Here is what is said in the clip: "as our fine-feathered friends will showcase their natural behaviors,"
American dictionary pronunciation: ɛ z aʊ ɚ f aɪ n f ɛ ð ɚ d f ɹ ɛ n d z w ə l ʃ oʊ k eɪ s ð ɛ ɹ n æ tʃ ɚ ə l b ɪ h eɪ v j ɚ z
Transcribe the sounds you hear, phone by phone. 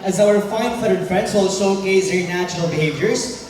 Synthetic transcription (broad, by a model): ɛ z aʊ ɚ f aɪ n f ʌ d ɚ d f ɹ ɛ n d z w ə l s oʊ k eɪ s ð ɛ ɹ n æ tʃ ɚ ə l b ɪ h eɪ v j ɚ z